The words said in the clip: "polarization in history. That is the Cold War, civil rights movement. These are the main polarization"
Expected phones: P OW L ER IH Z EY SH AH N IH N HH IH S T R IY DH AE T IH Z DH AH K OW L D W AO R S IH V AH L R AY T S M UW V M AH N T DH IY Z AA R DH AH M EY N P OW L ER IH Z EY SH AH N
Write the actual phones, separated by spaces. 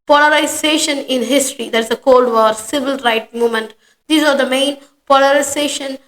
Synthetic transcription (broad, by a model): P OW L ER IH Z EY SH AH N IH N HH IH S T R IY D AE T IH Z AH K OW L D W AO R S IH V AH L R AY T M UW M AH N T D IY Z AA R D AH M EY N P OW L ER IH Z EY SH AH N